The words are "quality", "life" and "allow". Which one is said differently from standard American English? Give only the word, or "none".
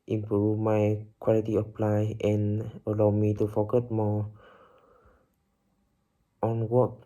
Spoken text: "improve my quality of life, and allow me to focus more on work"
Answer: life